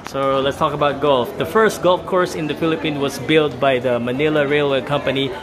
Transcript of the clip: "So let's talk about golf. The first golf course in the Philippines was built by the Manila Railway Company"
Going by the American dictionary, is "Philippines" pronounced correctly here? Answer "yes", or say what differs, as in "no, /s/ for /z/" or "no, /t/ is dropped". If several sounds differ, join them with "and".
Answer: no, /z/ is dropped